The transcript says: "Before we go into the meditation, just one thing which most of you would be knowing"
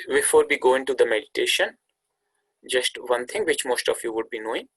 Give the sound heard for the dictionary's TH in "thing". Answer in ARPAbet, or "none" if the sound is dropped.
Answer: T